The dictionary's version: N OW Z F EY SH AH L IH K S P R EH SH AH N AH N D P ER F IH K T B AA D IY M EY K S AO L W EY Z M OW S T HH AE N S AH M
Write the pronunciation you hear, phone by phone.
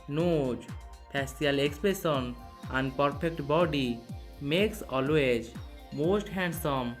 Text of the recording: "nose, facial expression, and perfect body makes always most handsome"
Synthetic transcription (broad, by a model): N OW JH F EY S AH L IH K S P R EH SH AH N AH N D P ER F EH K T B AA D IY M EY K S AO L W EY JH M OW S T HH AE N S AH M